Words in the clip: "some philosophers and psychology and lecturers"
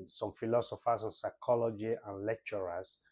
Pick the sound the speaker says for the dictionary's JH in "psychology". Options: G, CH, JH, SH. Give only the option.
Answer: JH